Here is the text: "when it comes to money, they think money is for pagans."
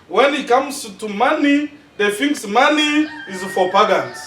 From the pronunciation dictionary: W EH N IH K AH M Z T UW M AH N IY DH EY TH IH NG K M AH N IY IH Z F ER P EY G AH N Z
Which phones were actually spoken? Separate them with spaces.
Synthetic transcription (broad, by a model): W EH N IH K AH M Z T UW M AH N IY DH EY F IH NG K M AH N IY IH Z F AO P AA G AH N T